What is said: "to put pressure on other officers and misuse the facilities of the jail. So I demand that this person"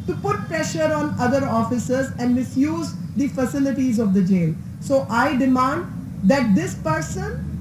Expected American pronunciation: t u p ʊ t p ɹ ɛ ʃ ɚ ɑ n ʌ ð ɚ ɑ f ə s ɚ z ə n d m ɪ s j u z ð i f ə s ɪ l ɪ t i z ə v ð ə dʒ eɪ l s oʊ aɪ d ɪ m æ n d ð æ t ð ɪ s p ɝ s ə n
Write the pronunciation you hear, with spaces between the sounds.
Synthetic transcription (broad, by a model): t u p ʊ t p ɹ ɛ ʃ ɚ ɑ n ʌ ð ɚ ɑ f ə s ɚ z ə n d m ɪ s j u z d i f ə s ɪ l ɪ t i z ə v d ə dʒ eɪ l s oʊ aɪ d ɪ m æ n d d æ t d ɪ s p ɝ s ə n